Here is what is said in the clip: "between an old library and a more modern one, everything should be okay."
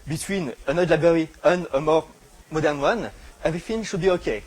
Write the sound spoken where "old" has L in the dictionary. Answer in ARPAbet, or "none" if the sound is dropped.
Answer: none